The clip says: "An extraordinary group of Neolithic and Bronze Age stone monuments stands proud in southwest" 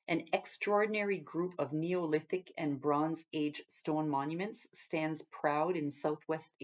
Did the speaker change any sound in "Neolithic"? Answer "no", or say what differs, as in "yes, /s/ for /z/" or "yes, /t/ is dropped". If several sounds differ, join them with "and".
no